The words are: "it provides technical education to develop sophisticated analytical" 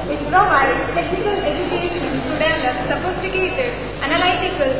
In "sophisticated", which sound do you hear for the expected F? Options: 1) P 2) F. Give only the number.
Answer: 1